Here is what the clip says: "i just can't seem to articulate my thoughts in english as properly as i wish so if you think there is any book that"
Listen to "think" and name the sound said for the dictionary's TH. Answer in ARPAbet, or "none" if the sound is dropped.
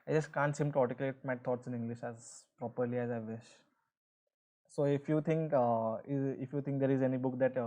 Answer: T